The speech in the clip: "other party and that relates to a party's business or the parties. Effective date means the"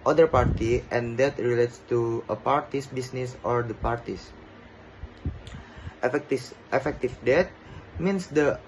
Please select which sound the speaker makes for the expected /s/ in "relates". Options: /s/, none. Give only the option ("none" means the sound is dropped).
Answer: /s/